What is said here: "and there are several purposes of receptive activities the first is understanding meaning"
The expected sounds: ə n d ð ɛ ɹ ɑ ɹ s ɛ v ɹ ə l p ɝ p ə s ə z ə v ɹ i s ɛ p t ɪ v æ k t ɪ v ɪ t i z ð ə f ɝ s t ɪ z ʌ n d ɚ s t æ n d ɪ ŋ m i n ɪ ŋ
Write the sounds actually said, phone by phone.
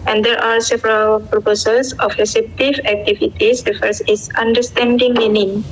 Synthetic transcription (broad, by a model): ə n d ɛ ɹ ɑ ɹ s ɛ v ɹ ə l p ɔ p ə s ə s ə f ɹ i s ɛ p t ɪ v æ k t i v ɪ t i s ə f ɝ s ɪ s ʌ n d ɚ s t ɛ n d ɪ ŋ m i n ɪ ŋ